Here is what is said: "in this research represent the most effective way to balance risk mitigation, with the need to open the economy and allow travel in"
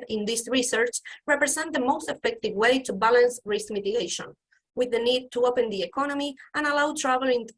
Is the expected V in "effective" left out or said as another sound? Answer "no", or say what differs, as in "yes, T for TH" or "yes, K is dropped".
no